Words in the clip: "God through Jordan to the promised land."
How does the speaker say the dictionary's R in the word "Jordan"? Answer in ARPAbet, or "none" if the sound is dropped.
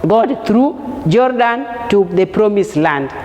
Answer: R